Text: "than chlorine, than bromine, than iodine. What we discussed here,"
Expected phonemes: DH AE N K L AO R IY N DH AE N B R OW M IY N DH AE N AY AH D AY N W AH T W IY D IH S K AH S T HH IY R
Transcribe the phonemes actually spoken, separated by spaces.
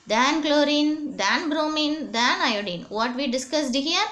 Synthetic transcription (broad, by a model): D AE N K L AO R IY N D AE N B R OW M IY N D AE N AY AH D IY N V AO T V IY D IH S K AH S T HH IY R